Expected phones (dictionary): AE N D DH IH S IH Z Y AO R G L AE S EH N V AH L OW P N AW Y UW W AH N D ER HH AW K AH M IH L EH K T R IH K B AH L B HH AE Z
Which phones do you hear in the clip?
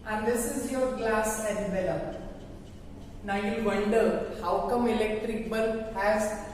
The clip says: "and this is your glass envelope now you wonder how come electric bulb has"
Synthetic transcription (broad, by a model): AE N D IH S IH Z Y AO R G L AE S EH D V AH L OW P N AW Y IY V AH L D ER HH AW K AH M IH L EH K T R IH K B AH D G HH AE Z